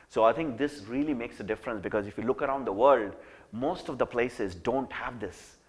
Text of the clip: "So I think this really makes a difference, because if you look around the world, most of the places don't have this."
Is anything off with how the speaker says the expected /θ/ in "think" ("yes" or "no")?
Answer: yes